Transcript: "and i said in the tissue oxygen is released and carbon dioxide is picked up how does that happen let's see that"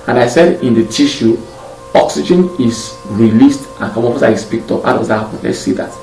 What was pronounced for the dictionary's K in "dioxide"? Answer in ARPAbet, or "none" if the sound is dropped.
none